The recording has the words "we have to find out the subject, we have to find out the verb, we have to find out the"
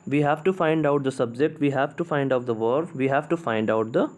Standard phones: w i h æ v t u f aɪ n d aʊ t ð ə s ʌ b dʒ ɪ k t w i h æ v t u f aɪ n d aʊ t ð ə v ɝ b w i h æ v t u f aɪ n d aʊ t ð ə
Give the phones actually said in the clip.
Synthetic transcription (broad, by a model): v i h æ v t u f aɪ n d aʊ t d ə s ʌ b dʒ ɪ k t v i h æ v t u f aɪ n d aʊ t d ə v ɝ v i h æ v t u f aɪ n d aʊ t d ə